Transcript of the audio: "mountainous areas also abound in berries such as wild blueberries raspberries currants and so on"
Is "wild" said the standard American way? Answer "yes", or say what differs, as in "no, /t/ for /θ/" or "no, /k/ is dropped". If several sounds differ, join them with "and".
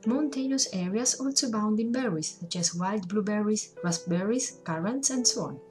yes